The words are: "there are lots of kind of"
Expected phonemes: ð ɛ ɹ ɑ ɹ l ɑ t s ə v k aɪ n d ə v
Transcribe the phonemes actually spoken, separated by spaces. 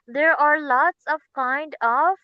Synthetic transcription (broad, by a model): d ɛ ɹ ɑ ɹ l ɑ t s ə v k aɪ n d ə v